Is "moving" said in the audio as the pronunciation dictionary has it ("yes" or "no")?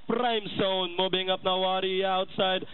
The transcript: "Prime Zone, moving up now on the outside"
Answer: no